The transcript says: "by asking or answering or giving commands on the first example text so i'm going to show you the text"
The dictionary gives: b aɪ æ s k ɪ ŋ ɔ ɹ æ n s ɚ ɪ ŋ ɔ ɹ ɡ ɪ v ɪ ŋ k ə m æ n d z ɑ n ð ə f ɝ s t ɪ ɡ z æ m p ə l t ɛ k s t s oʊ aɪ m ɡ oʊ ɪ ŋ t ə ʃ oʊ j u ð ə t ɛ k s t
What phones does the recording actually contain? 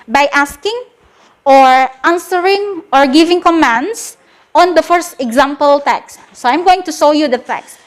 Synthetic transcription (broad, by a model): b aɪ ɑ s k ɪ ŋ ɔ ɹ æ n s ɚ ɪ ŋ ɔ ɹ ɡ ɪ v ɪ ŋ k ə m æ n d s ɑ n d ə f ɝ s t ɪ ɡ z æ m p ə l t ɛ k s s oʊ aɪ m ɡ oʊ ɪ ŋ t ə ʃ oʊ j u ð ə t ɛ k s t